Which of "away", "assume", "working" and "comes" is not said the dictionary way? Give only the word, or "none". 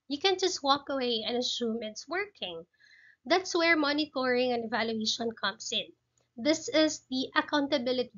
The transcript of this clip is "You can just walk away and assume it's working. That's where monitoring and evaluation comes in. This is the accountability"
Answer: comes